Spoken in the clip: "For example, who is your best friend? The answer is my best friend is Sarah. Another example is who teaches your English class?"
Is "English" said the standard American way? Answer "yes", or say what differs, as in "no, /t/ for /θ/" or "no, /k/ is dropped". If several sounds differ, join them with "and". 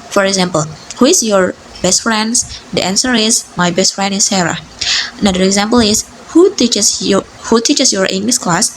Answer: no, /s/ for /ʃ/